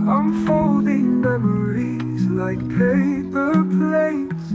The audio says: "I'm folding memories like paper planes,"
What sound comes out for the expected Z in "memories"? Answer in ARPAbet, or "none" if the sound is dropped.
Z